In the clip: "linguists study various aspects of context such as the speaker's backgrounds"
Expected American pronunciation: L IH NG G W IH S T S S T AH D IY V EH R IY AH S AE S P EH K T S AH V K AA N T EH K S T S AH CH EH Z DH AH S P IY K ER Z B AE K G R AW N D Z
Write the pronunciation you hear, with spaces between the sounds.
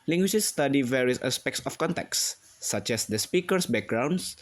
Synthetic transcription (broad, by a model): L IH NG G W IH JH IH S S T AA D IY V EH R IY AH S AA S P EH K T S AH F K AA N T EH K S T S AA CH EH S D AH S P IY K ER S B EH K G R AW N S